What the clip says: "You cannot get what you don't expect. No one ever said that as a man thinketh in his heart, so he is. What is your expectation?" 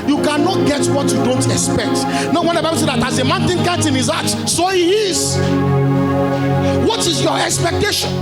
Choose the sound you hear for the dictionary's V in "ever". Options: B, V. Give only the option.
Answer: B